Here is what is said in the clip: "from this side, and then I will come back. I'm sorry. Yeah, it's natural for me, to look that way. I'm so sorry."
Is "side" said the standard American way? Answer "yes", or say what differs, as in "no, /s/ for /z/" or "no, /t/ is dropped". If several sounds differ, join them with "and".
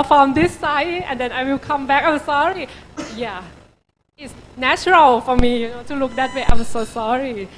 no, /d/ is dropped